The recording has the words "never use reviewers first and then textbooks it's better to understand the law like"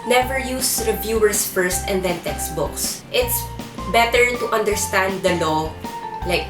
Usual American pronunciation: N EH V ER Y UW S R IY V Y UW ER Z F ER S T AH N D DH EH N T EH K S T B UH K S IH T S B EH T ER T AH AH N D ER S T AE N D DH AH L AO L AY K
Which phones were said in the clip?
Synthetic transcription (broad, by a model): N EH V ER Y UW S R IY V Y UW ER S F ER S T AH N D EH N T EH K S T B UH K S IH T S B EH T ER T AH AH N D ER S T AE N D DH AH L AO L AY K